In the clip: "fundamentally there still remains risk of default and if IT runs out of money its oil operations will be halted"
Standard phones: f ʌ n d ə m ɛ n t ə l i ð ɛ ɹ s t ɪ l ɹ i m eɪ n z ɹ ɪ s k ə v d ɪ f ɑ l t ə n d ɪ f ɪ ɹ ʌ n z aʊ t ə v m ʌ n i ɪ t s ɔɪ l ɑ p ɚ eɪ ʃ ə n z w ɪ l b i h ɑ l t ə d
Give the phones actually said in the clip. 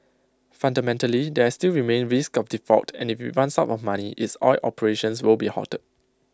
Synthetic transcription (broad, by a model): f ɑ n d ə m ɛ n t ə l i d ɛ s t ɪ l ɹ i m eɪ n ɹ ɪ s k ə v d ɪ f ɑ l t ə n ɪ f ɪ w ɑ n s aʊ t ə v m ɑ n i ɪ t s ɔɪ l ɑ p ɚ eɪ ʃ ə n s w ɪ l b i h ɑ t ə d